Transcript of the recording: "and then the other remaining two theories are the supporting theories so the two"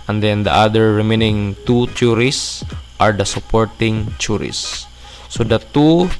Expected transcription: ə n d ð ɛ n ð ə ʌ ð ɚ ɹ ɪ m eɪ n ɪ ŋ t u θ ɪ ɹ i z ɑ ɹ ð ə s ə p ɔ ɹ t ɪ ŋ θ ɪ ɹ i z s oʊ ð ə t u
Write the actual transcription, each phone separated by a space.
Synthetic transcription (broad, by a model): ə n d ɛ n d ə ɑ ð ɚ ɹ ɪ m eɪ n ɪ ŋ t u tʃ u ɹ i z ɑ ɹ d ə s ə p ɔ ɹ t ɪ ŋ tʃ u ɹ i s oʊ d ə t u